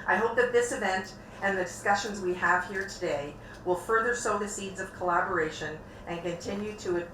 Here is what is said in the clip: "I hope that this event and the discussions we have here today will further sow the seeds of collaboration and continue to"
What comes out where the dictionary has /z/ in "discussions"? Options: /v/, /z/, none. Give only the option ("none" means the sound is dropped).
/z/